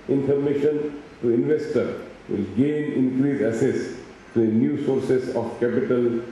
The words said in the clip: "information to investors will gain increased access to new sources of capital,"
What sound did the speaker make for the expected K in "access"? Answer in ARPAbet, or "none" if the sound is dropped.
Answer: none